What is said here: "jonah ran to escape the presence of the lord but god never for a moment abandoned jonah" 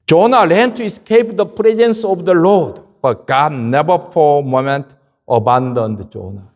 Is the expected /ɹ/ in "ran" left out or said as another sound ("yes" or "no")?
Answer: yes